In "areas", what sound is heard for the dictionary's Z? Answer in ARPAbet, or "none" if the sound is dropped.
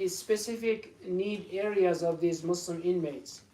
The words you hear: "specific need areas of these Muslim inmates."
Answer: Z